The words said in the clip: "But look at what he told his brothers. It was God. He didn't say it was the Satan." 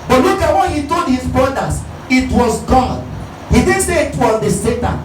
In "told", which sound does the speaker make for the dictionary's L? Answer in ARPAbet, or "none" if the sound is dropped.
L